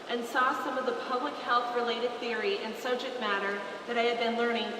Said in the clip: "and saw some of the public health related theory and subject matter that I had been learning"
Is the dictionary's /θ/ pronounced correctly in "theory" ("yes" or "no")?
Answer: yes